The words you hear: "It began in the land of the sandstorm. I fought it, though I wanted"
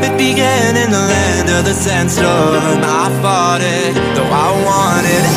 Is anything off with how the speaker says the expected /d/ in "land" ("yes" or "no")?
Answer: no